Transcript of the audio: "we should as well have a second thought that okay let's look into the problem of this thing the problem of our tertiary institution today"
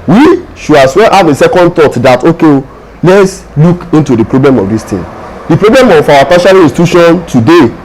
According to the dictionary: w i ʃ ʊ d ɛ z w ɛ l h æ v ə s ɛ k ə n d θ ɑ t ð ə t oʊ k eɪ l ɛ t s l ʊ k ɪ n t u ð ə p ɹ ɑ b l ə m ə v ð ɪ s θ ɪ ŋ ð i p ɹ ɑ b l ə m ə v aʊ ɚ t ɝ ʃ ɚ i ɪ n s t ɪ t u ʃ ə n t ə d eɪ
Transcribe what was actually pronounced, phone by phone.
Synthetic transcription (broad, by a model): w i ʃ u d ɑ s w ɛ l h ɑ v ə s ɛ k ə n d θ ɑ t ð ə t oʊ k eɪ l ɛ t s l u k ɪ n t u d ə p ɹ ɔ b l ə m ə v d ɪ s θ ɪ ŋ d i p ɹ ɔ b l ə m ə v aʊ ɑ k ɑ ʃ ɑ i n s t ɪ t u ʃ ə n t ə d eɪ